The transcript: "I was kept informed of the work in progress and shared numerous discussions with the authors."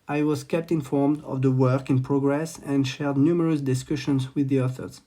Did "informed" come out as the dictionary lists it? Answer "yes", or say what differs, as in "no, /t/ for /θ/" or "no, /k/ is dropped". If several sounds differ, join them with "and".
yes